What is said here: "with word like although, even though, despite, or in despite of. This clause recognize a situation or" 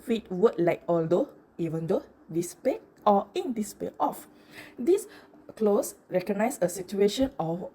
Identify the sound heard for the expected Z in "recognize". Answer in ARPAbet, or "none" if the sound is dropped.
S